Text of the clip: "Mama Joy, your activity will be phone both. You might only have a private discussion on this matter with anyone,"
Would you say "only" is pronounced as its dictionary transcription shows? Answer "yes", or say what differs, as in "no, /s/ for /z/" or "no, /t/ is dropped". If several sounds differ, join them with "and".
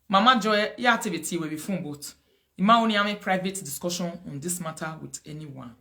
no, /l/ is dropped